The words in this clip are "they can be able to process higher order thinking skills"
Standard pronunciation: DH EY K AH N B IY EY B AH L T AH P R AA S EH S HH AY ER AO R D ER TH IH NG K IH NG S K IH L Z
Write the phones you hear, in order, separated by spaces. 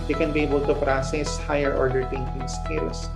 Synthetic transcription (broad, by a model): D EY K AH N B IY EY B AH L T AH P R AA S EH S HH AY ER AO R D ER T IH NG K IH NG S K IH L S